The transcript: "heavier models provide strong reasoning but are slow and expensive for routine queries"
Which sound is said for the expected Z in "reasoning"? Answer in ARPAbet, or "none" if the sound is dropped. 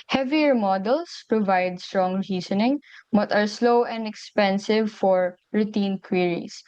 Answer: S